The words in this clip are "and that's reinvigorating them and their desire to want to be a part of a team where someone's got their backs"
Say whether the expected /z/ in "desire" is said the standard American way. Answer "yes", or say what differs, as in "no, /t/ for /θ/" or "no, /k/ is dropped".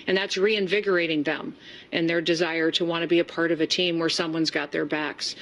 yes